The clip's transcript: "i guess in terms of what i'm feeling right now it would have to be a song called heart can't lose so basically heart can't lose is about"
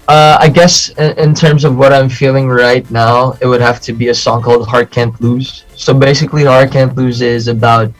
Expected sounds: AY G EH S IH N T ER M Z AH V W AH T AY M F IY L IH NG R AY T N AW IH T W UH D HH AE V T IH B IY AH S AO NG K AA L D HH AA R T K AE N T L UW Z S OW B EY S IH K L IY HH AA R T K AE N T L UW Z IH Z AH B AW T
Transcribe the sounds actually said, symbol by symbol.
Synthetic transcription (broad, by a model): AY G EH S IH N T ER M Z AH V W AH T AY M F IY L IH NG R AY T N AW IH T W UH D HH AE F T IH B IY AH S AO NG K AA L D HH AA R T K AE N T L UW Z S OW B EY S IH K L IY HH AA R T K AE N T L UW Z IH Z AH B AW T